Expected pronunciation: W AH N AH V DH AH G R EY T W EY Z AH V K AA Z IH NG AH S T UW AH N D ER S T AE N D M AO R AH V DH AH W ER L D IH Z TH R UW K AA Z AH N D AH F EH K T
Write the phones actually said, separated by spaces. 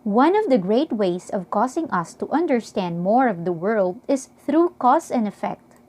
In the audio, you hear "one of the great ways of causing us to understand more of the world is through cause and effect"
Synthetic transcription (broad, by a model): W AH N AH V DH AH G R EY T W EY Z AH V K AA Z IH NG AH S T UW AH N D ER S T AE N D M AO R AH V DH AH W ER L D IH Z TH R UW K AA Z AH N D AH F EH K T